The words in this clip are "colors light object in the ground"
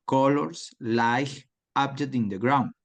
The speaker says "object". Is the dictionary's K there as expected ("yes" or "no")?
no